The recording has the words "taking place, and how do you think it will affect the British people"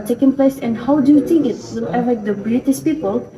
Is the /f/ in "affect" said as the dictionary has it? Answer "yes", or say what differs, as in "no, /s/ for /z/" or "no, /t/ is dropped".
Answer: no, /f/ is dropped